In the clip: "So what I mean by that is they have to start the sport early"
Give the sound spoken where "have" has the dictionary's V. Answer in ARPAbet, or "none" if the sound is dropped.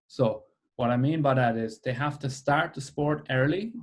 F